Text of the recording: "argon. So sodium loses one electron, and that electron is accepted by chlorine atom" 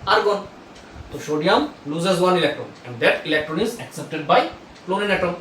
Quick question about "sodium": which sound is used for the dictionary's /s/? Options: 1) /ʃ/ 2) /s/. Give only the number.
1